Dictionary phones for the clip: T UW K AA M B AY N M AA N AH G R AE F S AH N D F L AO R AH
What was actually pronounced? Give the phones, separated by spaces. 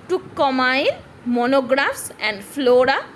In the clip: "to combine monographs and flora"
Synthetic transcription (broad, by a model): T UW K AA M AY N M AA N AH G R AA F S AH N D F L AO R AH